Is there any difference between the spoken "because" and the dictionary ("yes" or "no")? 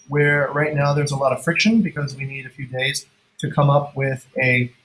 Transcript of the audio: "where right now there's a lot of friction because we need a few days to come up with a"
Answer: no